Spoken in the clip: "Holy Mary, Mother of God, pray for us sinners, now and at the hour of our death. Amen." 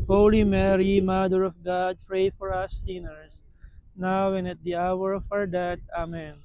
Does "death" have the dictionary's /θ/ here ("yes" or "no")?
no